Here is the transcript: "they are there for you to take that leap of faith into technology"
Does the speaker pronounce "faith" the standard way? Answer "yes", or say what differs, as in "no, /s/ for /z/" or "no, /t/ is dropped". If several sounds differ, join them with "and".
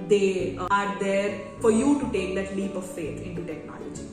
no, /t/ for /θ/